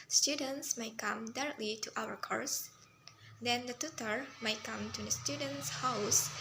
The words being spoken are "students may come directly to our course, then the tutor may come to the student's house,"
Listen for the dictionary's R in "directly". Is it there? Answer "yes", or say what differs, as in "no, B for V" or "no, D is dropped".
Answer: yes